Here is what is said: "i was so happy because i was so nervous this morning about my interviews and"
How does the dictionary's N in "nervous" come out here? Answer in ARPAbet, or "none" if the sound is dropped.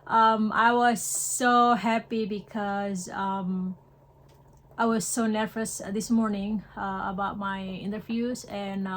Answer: N